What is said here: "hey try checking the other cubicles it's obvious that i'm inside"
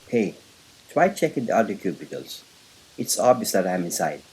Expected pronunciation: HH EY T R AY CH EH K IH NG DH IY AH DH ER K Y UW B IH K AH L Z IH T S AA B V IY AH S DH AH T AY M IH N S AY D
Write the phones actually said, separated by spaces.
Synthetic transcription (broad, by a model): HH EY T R AY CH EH K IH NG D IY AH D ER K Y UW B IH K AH L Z IH T S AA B IY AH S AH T AY M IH N S AY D